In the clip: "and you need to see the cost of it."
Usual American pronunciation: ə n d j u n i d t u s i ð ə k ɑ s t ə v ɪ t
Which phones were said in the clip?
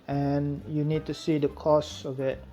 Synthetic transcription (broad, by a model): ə n j u n i d t u s i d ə k ɑ s ə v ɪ t